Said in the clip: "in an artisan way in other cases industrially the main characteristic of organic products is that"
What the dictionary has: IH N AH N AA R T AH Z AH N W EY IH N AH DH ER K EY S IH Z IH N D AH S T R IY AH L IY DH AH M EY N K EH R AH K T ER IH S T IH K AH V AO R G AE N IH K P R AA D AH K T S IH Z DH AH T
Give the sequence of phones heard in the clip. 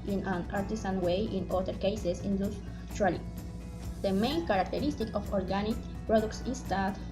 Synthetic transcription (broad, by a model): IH N AH N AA R T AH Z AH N W EY IH N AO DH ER K EY S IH S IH N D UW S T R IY L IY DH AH M EY N K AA R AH K T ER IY S T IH K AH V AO R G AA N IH K P R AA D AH K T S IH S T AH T